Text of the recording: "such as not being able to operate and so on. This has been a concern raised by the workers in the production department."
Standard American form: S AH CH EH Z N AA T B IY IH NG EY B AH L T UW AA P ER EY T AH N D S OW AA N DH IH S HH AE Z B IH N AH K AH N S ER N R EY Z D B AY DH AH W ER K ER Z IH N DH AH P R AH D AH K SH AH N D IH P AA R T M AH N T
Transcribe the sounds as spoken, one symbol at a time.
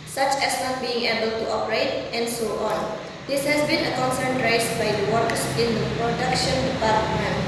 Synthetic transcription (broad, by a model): S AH CH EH S N AA T B IY IH NG EY B AH L T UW AA P ER EY T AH N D S OW AA N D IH S HH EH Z B IH N AH K AH N S ER N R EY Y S B AY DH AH W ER K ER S IH N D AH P R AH D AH K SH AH N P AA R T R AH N